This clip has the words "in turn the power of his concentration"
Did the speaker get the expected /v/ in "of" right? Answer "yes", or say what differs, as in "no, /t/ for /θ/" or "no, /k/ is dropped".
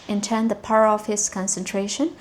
no, /f/ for /v/